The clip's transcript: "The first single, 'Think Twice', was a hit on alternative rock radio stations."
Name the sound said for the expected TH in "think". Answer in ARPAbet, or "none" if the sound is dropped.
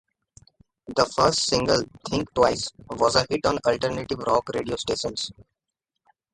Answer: T